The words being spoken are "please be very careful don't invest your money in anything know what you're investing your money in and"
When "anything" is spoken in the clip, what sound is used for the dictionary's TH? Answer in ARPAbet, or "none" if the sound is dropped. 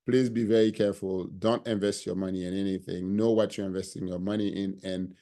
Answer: TH